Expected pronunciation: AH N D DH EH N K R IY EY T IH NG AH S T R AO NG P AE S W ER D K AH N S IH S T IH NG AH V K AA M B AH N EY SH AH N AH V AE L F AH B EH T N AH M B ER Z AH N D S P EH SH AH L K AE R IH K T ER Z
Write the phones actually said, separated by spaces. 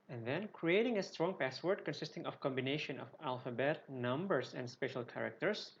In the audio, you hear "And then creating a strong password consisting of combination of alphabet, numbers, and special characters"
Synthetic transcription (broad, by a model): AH N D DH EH N K R IY EY T IH NG AH S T R AO NG P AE S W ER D K AH N S IH S T IH NG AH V K AA M B AH N EY SH AH N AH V AE L F AH B EH T N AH M B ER S AH N D S P EH SH AH L K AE R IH K T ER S